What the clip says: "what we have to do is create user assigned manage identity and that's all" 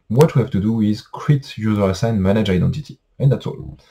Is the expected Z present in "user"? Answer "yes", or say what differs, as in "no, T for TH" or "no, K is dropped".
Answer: yes